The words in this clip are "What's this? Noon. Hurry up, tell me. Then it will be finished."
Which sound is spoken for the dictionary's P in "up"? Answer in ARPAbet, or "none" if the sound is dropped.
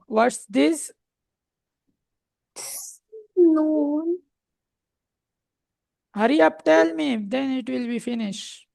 P